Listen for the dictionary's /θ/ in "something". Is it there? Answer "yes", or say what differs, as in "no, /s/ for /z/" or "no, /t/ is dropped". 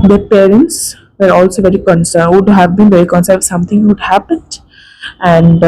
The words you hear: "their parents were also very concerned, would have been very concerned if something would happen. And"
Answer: no, /t/ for /θ/